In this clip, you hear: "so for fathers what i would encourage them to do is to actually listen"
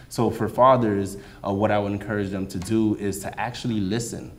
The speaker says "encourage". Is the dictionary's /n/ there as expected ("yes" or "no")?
yes